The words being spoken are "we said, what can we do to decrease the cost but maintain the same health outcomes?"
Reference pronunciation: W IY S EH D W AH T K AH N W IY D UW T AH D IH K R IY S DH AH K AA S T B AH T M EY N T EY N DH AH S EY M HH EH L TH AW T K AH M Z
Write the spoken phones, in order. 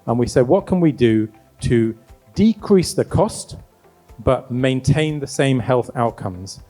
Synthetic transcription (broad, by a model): W IY S EH D W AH T K AH N W IY D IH T AH D IH K R IY S DH AH K AA S T B AH T M EY N T EY N DH AH S EY M HH EH L TH AW T K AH M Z